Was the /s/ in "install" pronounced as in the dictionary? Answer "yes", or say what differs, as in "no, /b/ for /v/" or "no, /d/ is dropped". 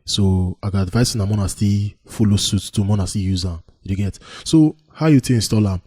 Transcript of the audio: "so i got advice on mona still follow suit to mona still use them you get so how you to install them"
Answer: yes